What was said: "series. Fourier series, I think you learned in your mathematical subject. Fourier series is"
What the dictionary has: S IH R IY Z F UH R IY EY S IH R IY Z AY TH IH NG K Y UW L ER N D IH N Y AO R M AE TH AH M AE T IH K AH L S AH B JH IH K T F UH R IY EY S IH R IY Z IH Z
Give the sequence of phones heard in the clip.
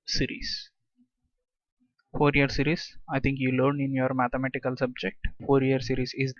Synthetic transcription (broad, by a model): S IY R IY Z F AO R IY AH S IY R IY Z AY T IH NG K Y UW L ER N IH N Y AO R M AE T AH M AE T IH K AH L S AH B JH IH K T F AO R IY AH S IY R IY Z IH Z